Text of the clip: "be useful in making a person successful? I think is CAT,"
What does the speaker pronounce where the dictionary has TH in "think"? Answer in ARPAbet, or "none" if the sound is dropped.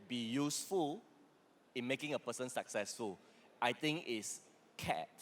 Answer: T